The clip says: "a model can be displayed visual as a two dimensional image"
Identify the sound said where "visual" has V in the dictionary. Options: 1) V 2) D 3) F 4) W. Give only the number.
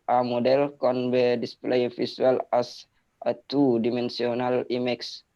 3